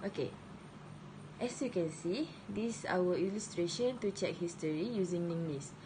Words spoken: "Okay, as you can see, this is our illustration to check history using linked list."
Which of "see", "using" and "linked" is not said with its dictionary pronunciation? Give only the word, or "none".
linked